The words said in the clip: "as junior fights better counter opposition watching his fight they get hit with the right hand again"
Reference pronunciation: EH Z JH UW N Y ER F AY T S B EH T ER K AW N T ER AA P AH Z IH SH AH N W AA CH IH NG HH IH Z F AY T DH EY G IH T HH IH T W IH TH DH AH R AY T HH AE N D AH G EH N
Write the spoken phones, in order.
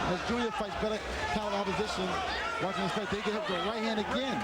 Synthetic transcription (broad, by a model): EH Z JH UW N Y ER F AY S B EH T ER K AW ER AA P AH Z IH SH AH N W AA CH IH NG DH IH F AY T DH EY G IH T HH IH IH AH R AY T HH AE N D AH G EH N